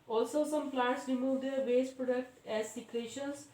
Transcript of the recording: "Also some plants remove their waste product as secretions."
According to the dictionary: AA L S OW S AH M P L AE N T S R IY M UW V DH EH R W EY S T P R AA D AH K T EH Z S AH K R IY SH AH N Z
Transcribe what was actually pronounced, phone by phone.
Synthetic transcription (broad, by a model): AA L S OW S AH M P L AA T S R IY M UW V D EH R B EY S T P R AA D AH K T EH Z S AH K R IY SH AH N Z